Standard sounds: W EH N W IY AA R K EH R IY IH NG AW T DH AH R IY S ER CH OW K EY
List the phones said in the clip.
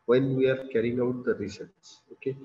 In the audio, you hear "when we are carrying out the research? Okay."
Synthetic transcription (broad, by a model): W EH N W IY AA R K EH R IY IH NG AW T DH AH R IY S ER S OW K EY